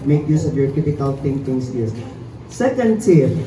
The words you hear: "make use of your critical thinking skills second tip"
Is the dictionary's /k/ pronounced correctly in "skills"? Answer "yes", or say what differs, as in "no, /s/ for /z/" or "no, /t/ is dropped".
no, /k/ is dropped